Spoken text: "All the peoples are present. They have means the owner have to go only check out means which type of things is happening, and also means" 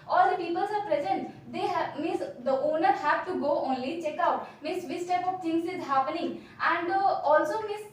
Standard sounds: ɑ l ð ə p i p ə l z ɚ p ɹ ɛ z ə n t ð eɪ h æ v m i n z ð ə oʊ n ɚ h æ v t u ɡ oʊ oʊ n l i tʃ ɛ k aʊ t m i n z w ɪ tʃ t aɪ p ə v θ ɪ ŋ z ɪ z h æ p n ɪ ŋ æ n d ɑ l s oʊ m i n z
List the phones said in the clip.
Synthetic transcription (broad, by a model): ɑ l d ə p i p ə l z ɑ p ɹ ɛ z ə n t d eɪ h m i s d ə oʊ n ɚ h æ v t u ɡ oʊ oʊ n l i tʃ ɛ k aʊ t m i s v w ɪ s t aɪ p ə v t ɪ ŋ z ɪ z h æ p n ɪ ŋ æ n d ɑ l s oʊ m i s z